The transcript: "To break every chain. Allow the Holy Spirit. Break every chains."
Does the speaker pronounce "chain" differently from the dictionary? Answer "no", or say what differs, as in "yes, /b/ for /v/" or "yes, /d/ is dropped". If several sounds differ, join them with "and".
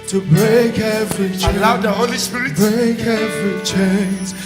yes, /l/ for /n/